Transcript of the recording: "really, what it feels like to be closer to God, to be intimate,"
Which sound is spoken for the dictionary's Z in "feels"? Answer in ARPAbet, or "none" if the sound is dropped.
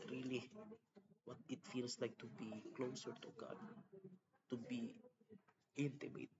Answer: S